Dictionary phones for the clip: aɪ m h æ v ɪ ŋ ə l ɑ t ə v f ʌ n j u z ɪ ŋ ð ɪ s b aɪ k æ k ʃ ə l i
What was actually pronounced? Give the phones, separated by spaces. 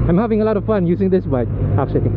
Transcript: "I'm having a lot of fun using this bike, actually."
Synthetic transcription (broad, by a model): aɪ m h æ v ɪ ŋ ə l ɑ t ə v f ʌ n j u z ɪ ŋ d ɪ s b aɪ ɑ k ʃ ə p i